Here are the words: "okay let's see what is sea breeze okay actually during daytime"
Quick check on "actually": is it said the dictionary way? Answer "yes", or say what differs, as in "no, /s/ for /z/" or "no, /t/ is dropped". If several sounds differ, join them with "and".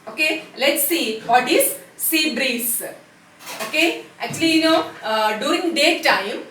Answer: no, /n/ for /l/